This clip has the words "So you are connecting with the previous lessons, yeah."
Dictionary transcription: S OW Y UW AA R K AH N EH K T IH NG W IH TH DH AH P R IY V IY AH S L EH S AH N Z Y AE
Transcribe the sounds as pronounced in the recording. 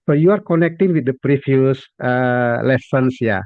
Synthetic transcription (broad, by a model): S OW Y UW AA R K AH N EH K T IH NG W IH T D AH P R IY F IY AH S L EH S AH N S Y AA